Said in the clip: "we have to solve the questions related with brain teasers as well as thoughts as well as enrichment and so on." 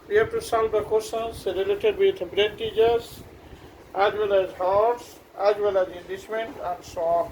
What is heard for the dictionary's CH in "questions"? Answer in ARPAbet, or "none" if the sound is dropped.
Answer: none